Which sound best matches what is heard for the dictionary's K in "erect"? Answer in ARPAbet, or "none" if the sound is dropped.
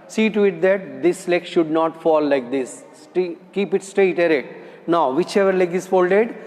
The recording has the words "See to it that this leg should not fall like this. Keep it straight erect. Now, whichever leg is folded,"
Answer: none